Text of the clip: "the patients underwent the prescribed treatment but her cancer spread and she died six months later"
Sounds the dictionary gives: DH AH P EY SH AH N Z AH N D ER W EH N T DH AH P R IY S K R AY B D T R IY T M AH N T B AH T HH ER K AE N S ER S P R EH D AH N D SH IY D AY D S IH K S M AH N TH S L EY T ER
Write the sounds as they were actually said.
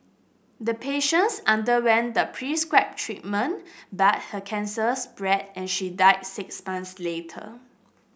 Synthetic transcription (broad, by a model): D AH P EY SH AH N S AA N D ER W EH N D AH P R IY S K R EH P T R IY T M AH N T B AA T HH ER K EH N S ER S B R EH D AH N SH IY D AY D S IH K S M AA N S L EY T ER